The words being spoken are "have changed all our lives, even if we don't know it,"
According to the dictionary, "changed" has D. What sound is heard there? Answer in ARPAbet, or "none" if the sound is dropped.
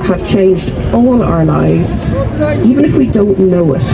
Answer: D